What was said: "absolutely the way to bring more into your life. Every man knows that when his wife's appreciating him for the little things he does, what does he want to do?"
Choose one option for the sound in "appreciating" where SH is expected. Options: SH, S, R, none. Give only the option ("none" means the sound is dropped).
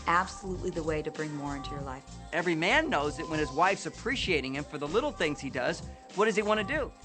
SH